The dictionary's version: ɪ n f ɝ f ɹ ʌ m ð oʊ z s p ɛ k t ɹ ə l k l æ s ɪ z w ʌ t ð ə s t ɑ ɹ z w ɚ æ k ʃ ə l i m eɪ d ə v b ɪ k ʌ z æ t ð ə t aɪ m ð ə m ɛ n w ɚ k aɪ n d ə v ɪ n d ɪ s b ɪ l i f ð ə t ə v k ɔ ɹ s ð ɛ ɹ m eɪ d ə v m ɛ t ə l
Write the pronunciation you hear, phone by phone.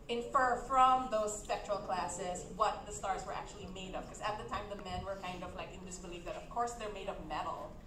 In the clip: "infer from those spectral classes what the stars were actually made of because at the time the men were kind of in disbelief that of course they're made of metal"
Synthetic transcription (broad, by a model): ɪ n f ɝ f ɹ ʌ m ð oʊ z s p ɛ k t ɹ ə l k l æ s ɪ z w ʌ t ð ə s t ɑ ɹ z w ɚ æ k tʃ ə l i m eɪ d ə v k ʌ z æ t ð ə t aɪ m ð ə m ɛ n w ɚ k aɪ n d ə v ɪ n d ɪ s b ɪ l i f ð ə t ə v k ɔ ɹ s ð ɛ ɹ m eɪ d ə v m ɛ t l